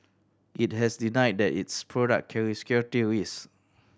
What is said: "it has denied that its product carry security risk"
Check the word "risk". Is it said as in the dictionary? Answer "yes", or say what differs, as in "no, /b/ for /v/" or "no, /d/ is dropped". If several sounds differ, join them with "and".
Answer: no, /k/ is dropped